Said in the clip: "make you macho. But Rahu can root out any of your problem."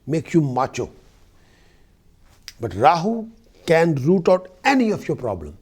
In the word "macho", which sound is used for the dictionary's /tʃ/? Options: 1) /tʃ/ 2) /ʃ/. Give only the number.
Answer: 1